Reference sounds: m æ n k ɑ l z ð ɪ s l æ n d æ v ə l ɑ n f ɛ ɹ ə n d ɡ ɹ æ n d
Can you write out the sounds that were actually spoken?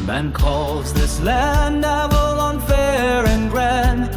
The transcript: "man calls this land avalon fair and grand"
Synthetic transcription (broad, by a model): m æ n k ɑ l z ð ɪ s l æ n ɛ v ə l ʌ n f ɛ ɹ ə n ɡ ɹ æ n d